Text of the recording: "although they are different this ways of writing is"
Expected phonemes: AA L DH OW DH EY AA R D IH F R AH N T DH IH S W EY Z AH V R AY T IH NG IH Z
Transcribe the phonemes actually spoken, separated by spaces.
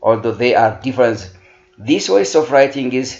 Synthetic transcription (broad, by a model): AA L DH OW DH EY AA R D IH F R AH N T DH IH S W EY S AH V R AY T IH NG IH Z